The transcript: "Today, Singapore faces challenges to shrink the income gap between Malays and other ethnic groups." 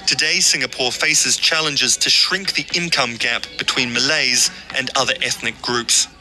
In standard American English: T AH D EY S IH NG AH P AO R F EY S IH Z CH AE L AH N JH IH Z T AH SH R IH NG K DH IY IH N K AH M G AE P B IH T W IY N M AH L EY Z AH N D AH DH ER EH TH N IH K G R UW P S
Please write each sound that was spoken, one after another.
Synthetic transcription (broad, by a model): T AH D EY S IH NG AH P AO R F EY S IH Z CH AE L AH N JH IH Z T AH SH R IH NG K DH IY IH N K AH M G AE P B IH T W IY N M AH L EY Z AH N AH DH ER EH TH N IH K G R UW P S